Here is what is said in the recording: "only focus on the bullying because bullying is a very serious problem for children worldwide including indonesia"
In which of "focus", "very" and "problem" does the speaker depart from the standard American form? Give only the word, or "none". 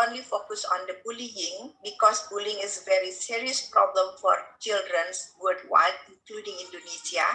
none